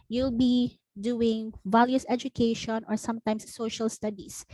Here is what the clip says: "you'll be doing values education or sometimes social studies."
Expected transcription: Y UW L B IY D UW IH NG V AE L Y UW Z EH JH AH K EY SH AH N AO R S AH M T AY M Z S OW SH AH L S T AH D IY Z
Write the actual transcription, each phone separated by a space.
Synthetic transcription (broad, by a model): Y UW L B IY D UW IH NG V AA L Y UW S EH JH AH K EY SH AH N AO R S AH M T AY M S OW SH AH L S T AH D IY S